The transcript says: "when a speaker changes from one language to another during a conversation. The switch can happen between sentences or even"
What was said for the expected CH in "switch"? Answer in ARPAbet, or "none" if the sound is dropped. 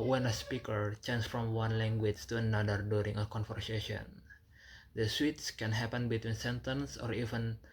S